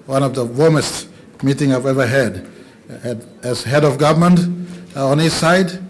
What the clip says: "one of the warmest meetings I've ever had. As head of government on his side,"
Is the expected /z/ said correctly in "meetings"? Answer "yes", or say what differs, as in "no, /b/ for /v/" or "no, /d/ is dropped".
no, /z/ is dropped